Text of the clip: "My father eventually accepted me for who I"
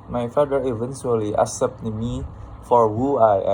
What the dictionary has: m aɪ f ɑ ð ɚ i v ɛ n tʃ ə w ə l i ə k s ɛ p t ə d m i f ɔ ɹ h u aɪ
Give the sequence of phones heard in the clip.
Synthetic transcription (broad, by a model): m aɪ f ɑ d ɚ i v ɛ n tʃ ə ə l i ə s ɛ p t m i f ɔ ɹ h u aɪ